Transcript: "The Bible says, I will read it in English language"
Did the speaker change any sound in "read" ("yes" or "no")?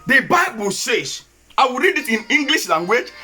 no